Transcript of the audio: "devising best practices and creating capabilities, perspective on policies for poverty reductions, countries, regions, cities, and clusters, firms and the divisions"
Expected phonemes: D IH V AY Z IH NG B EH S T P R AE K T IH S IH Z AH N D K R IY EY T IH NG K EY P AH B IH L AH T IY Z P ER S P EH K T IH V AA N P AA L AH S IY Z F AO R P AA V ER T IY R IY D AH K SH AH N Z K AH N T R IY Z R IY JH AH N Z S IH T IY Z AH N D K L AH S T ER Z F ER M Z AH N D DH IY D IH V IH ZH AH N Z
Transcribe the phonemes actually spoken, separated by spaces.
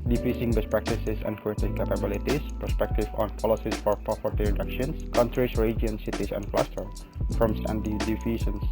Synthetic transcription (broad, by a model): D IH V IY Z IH NG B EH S P R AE K T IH S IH S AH N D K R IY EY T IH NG K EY P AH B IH L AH T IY S P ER S P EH K T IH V AA N P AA L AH S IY S F AO R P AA F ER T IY R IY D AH K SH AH N S K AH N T R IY S R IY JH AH N S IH T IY S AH N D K L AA S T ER F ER M S AH N D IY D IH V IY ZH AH N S